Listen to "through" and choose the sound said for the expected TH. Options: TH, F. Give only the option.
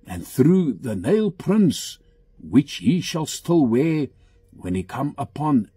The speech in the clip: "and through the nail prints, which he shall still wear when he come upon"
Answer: TH